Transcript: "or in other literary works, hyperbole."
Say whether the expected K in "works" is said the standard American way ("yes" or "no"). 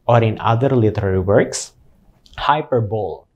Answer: yes